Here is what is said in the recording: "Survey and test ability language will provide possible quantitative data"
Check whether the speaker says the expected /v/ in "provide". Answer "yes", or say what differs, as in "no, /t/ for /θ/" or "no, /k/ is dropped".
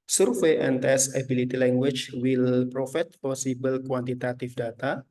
no, /f/ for /v/